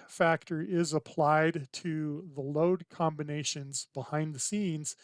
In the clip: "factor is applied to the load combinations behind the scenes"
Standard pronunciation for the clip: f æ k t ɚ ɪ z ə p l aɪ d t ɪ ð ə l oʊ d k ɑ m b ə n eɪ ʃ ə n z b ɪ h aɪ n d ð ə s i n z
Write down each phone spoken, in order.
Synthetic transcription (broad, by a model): f æ k t ɚ ɪ z ə p l aɪ d t ɪ ð ə l oʊ d k ɑ m b ə n eɪ ʃ ə n z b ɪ h aɪ n ð ə s i n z